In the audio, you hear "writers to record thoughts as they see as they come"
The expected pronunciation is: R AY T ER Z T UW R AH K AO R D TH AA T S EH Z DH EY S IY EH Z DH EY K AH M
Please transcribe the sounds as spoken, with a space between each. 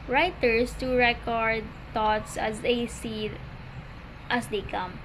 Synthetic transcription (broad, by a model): R AY T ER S T UW R AH K AO R D T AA T S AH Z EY S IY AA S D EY K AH M